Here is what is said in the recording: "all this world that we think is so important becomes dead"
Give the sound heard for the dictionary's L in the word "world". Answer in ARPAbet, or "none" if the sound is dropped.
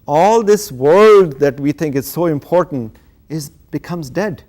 L